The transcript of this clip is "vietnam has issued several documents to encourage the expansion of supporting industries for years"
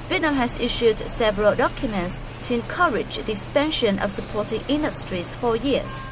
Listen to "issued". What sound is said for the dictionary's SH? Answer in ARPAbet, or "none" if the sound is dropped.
SH